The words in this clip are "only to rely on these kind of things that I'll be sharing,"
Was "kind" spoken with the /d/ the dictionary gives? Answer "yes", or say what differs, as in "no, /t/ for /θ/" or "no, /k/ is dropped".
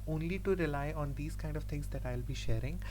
yes